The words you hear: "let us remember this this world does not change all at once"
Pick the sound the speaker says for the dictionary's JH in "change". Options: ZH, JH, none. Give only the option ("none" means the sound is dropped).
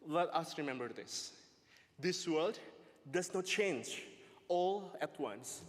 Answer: JH